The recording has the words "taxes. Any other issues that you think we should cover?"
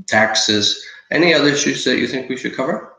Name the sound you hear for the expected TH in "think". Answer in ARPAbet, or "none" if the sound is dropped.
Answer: TH